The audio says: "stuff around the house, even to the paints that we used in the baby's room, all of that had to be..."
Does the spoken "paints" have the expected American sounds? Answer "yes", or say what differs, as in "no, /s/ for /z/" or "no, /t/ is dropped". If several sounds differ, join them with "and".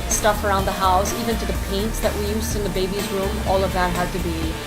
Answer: yes